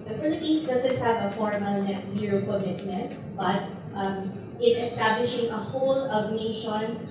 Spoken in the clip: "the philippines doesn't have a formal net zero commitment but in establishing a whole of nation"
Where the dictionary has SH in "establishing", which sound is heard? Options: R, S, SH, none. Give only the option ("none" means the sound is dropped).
SH